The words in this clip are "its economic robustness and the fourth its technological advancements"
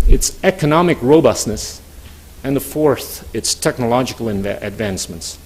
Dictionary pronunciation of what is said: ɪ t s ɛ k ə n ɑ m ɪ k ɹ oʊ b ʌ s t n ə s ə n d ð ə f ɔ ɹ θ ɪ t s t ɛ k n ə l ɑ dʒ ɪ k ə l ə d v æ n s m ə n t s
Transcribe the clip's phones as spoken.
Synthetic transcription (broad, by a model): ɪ t s ɛ k ə n ɑ m ɪ k ɹ oʊ b ʌ s t n ə s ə n ð ə f ɔ ɹ θ ɪ t s t ɛ k n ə l ɑ dʒ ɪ k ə n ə d v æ n s m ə n t s